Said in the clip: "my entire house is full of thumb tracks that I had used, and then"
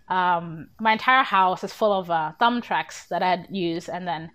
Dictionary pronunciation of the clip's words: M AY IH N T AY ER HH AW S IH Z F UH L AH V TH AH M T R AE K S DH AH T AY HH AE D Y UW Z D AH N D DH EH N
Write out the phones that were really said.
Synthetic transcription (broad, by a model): M AY IH N T AY ER HH AW S IH Z F UH L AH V TH AH M T R AE K S DH AH T AY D Y UW Z AH N DH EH N